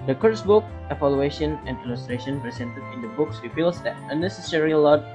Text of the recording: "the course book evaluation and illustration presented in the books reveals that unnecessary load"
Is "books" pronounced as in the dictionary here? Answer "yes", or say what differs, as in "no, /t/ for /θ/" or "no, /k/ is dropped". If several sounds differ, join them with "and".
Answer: yes